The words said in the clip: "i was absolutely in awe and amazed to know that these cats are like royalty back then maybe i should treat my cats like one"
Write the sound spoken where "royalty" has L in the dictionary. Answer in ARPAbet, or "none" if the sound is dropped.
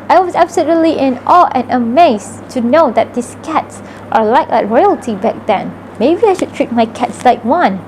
L